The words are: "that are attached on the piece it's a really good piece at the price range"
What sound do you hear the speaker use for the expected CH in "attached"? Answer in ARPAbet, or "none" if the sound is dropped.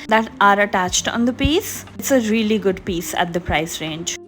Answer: CH